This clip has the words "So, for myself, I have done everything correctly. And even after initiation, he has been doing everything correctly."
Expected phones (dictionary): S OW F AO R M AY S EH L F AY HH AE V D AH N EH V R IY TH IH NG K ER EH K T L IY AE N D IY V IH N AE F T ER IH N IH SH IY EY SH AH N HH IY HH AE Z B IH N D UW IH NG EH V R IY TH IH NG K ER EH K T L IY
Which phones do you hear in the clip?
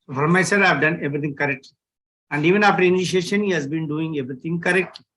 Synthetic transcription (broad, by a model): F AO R M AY S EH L AY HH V D AH N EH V R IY T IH NG K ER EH K T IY AE N D IY V IH N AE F T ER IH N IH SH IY EY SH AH N HH IY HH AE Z B IH N D UW IH NG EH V R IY T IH NG K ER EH K T